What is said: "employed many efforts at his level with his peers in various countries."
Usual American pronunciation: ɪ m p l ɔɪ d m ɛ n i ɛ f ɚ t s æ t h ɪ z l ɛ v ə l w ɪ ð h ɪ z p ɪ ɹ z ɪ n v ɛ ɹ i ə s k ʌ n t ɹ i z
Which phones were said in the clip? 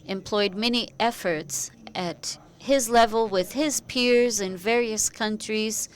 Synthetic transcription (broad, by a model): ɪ m p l ɔɪ d m ɛ n i ɛ f ɚ t s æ t h ɪ z l ɛ v ə l w ɪ ð ɪ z p ɪ ɹ z ɪ n v ɛ ɹ i ə s k ʌ n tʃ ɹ i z